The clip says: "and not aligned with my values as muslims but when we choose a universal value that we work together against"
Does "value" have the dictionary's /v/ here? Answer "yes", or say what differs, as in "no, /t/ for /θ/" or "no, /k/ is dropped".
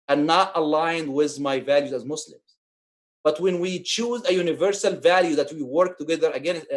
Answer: yes